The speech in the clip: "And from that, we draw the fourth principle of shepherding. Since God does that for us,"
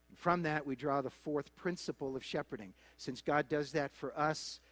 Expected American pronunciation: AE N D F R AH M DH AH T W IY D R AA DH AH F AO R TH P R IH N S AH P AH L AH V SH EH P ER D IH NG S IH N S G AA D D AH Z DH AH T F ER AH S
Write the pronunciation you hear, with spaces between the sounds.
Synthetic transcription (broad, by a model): N F R AH M DH AH T W IY D R AA DH AH F AO R TH P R IH N S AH P L AH V SH EH P ER D IH NG S IH N S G AA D D AH Z DH AH T F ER AH S